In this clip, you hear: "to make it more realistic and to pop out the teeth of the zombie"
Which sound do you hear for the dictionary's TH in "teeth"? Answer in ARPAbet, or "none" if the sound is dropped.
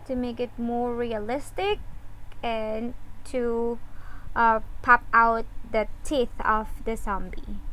TH